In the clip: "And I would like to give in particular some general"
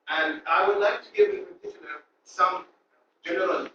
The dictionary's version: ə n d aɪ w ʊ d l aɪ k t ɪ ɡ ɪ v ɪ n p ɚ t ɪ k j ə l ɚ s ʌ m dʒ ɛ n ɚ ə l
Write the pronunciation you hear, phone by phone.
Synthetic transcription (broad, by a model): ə n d aɪ w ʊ d l aɪ k t ɪ ɡ ɪ v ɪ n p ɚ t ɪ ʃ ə n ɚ s ʌ m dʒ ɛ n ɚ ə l